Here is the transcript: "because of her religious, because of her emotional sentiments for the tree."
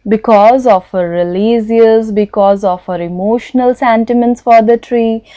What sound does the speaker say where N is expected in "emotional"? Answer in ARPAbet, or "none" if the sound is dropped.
N